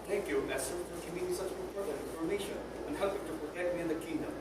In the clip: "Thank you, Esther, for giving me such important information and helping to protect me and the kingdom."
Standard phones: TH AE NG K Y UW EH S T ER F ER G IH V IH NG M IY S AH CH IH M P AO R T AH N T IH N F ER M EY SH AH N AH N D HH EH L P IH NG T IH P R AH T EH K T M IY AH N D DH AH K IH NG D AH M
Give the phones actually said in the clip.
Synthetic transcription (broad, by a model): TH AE NG K Y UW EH S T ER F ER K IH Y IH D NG S AH CH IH P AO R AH T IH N F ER M EY SH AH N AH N HH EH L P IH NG T IH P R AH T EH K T M IY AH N DH AH K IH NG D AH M